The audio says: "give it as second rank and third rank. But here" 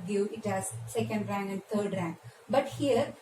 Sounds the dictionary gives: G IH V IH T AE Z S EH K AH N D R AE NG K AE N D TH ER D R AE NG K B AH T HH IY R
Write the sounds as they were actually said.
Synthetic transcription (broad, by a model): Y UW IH T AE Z S EH K AH N D R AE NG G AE N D T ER D R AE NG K B AH T HH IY R